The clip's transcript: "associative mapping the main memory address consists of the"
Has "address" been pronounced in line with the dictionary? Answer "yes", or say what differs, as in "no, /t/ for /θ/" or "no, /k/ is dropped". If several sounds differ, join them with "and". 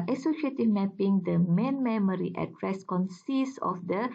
yes